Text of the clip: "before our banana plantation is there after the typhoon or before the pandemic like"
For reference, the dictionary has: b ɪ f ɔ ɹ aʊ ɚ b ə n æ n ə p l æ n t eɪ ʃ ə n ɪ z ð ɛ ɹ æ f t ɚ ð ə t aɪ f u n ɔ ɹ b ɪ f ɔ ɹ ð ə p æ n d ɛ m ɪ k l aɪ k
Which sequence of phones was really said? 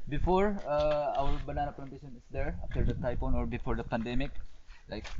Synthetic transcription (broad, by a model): b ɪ f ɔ ɹ aʊ ɚ b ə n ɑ n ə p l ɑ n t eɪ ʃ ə n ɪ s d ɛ ɹ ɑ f t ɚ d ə t aɪ p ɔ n ɔ ɹ b ɪ f ɔ ɹ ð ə p æ n d ɛ m ɪ k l aɪ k